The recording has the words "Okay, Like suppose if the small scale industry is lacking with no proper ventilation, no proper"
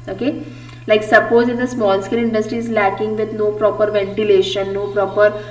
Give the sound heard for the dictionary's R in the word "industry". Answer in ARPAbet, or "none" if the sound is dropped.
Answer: none